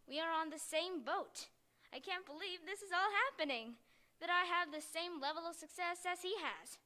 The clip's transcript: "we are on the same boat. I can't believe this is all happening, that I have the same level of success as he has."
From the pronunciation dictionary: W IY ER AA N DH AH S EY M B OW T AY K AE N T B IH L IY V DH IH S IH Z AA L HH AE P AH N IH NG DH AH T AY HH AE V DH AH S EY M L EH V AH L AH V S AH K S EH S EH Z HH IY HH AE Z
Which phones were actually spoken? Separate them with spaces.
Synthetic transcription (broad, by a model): W IY ER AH N DH AH S EY M B OW T AY K AE N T B IH L IY V DH IH S IH Z AA L HH AE P AH N IH NG DH AH T AY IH V DH AH S EY M L EH V L AH V S AH K S EH S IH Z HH IY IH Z